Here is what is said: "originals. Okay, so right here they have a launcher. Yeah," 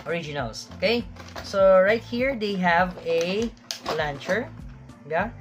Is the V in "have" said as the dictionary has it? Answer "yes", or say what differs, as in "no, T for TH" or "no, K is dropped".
yes